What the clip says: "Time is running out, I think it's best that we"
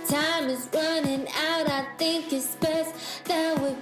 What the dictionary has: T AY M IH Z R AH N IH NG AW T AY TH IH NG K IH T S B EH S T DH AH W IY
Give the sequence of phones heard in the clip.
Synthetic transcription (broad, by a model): T AY M IH Z R AH N IH NG AW T AY TH IH NG K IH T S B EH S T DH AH W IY